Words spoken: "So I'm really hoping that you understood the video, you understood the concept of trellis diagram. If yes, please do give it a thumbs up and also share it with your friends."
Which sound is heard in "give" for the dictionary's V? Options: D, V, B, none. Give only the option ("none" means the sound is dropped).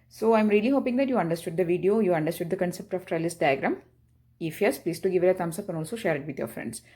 V